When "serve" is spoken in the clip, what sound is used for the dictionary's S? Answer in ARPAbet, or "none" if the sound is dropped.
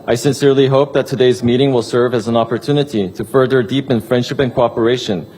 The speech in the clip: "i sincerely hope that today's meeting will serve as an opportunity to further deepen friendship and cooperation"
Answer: S